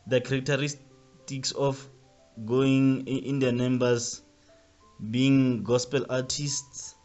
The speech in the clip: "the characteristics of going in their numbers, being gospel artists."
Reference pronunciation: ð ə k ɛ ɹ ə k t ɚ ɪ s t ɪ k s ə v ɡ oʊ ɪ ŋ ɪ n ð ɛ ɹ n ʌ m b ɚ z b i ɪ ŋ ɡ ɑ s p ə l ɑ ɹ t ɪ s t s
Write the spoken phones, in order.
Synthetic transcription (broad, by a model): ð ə k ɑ ɹ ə k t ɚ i s t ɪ k s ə f ɡ oʊ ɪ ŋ ɪ n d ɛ n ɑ m b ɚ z b i ɪ ŋ ɡ ɑ s p ə l ɑ t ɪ s t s